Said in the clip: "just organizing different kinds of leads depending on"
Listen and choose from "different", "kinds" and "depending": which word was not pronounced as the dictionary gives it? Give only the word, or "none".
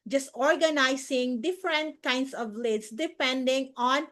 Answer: kinds